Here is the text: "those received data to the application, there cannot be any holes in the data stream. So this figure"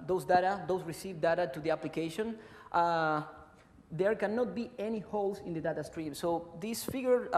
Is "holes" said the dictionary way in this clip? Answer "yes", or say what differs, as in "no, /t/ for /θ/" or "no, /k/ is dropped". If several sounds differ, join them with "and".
no, /s/ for /z/